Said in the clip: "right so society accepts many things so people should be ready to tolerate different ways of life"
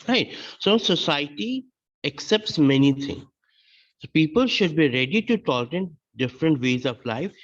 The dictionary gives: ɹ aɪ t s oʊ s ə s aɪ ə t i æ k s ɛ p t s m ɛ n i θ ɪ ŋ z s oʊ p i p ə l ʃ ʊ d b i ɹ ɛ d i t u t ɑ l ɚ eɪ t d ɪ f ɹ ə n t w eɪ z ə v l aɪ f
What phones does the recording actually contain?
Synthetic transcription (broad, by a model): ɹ aɪ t s oʊ s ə s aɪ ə t i æ k s ɛ p t s m ɛ n i t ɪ ŋ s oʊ p i p ə l ʃ ʊ d b i ɹ ɛ d i t u t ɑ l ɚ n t d ɪ f ɹ ə n t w eɪ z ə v l aɪ f